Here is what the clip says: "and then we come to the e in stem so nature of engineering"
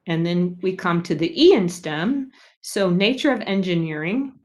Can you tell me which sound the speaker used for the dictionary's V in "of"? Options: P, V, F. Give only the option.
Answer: V